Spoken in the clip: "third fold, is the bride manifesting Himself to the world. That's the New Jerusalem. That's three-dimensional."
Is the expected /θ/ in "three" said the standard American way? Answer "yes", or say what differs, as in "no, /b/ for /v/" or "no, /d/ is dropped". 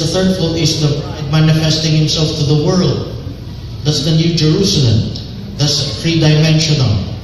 no, /f/ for /θ/